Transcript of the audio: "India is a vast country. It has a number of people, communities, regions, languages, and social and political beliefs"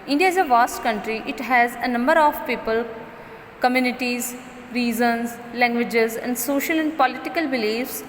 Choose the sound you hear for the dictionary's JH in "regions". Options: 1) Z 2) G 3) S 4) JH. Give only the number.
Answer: 1